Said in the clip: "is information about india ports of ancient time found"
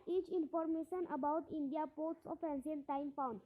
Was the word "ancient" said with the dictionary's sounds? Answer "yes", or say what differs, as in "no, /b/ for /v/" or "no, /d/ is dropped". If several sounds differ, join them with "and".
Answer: no, /s/ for /ʃ/